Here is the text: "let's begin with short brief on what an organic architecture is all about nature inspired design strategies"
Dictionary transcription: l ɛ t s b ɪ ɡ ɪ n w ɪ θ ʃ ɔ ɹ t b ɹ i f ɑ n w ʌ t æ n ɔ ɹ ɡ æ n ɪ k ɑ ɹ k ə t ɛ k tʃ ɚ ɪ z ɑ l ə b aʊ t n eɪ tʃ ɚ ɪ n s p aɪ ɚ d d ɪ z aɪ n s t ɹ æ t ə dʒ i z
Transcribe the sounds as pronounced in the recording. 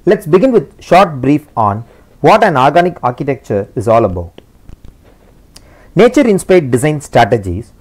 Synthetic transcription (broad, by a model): l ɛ t s b ɪ ɡ ɪ n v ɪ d ʃ ɔ ɹ t b ɹ i f ɑ n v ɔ t æ n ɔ ɹ ɡ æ n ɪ k ɑ ɹ k ə t ɛ k tʃ ɚ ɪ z ɑ l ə b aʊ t n eɪ tʃ ɚ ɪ n s p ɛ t d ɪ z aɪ n s t ɹ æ t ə dʒ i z